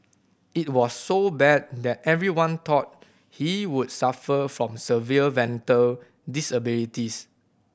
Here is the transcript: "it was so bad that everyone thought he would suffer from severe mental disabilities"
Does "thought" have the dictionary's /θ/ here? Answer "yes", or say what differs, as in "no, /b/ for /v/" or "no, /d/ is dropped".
no, /t/ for /θ/